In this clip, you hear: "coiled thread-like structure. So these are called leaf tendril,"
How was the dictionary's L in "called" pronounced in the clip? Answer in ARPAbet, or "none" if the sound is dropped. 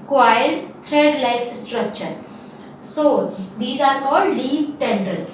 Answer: none